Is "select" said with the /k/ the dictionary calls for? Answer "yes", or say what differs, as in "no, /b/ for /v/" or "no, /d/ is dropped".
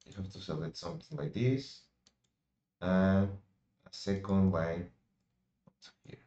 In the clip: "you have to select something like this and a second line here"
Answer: no, /k/ is dropped